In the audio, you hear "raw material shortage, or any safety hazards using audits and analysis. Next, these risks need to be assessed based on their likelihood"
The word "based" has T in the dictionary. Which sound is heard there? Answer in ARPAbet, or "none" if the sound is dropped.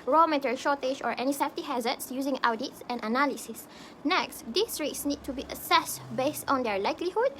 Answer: T